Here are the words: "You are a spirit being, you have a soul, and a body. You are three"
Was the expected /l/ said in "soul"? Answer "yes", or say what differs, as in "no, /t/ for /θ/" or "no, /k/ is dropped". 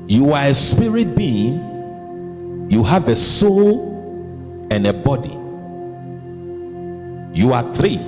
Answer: yes